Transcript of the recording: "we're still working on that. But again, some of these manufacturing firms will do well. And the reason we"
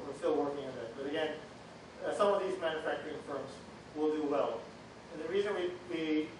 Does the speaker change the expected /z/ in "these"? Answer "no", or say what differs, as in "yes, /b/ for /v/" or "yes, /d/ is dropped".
no